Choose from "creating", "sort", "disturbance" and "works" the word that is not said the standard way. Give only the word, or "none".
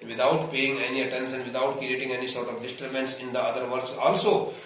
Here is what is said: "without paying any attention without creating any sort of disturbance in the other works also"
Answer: works